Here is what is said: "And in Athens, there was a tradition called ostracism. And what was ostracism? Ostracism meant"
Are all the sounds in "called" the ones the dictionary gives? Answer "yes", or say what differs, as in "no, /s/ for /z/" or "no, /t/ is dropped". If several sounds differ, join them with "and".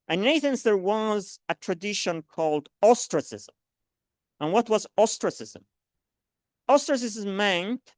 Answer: yes